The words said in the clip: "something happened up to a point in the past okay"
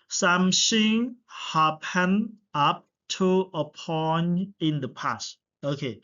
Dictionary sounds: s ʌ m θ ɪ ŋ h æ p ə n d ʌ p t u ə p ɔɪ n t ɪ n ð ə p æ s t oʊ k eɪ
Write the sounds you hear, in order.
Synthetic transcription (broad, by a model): s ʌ m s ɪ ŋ h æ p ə n ʌ p t u ə p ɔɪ n ɪ n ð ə p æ s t oʊ k eɪ